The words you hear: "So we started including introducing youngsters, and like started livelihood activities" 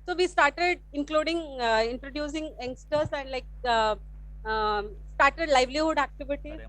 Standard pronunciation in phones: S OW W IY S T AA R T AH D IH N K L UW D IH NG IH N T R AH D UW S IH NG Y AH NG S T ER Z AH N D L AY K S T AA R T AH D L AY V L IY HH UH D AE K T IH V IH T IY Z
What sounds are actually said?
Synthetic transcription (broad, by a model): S OW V IY S T AA R T AH D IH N K L UW D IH NG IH N T R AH D UW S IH NG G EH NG S T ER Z AH N D L AY K S T AA R T AH D L AY V L IY HH UH D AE K T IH V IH T IY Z